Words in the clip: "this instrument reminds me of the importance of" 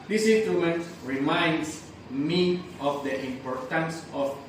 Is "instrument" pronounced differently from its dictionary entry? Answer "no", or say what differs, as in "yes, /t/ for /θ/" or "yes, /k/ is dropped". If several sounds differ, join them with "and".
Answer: yes, /m/ is dropped